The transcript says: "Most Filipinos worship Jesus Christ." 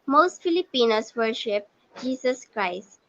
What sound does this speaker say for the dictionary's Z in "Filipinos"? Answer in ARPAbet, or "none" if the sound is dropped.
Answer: S